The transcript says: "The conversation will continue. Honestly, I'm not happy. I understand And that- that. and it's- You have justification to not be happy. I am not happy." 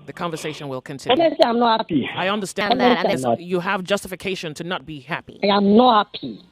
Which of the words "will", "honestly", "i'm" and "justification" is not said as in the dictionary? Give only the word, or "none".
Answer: honestly